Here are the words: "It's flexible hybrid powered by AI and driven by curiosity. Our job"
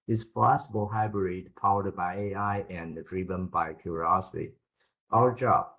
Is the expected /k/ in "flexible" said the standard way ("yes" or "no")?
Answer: no